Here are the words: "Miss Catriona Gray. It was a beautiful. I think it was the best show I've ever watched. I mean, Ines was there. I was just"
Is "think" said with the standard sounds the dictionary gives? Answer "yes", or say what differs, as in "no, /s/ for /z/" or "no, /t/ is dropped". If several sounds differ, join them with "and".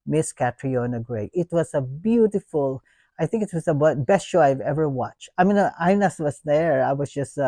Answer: yes